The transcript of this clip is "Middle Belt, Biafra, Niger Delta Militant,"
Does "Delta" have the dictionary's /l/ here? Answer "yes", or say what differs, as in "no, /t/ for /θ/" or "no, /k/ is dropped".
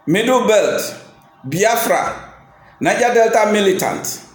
yes